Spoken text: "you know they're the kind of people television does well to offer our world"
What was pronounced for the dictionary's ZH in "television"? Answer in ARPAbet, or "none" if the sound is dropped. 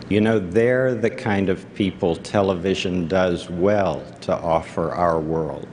ZH